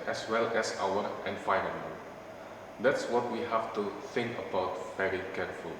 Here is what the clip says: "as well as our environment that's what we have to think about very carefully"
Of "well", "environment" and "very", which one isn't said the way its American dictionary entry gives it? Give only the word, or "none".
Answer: environment